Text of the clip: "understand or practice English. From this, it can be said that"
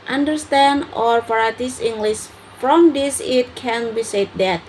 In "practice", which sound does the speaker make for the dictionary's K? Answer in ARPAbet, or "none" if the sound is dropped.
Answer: none